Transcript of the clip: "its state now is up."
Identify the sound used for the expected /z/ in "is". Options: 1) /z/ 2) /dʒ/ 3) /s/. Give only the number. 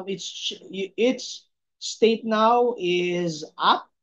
1